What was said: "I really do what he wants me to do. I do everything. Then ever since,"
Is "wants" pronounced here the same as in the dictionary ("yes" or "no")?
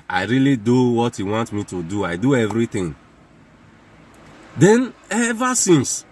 no